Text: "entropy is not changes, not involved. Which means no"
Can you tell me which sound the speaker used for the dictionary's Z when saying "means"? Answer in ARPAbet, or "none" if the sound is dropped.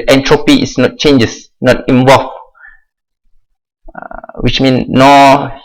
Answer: none